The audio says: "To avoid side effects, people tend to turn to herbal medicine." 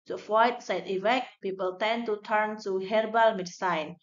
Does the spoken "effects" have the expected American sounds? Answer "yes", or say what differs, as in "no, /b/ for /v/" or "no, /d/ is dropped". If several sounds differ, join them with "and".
no, /s/ is dropped